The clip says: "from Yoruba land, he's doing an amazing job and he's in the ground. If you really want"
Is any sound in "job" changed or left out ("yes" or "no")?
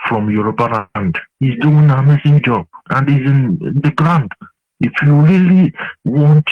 yes